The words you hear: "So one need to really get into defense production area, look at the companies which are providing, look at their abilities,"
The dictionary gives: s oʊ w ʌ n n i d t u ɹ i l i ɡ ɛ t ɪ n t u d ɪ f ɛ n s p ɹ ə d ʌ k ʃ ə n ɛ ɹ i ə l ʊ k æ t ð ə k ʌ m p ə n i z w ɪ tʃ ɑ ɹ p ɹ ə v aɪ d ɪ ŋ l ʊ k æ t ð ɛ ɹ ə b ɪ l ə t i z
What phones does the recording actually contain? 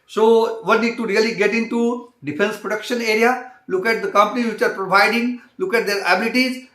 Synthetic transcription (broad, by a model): s oʊ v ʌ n n i d t u ɹ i l i ɡ ɛ t ɪ n t u d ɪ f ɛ n s p ɹ ə d ʌ k ʃ ə n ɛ ɹ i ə l ʊ k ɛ t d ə k ʌ m p ə n i z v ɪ tʃ ɑ ɹ p ɹ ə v aɪ d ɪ ŋ l ʊ k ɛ t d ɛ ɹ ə b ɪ l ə t i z